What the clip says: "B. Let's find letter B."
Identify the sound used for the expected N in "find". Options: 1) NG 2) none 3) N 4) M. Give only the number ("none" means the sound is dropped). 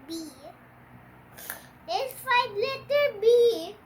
2